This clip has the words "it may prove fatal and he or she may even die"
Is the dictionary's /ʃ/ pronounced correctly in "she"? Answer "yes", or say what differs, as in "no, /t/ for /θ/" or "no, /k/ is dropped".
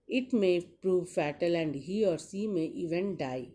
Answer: no, /s/ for /ʃ/